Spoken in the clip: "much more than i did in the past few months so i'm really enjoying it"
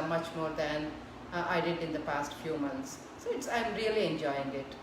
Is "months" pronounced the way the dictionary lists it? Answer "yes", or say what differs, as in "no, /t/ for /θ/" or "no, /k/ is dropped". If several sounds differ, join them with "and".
no, /t/ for /θ/